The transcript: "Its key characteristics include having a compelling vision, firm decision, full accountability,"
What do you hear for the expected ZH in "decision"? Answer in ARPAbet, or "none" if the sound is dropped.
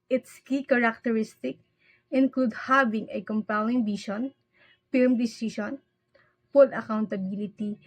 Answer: SH